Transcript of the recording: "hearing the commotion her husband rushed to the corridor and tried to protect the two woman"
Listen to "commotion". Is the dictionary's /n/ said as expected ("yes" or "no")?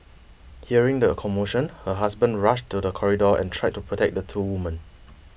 yes